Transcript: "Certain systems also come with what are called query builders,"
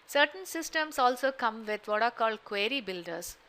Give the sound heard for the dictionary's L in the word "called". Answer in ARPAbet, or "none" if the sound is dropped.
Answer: L